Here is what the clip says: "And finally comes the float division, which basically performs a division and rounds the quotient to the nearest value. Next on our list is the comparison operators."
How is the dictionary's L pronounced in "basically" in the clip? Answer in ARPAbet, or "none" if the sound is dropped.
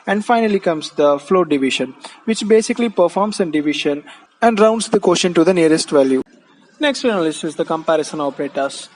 L